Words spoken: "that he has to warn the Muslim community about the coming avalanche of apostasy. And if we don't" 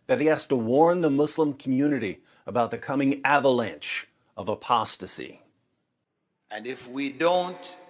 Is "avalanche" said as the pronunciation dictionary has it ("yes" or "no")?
yes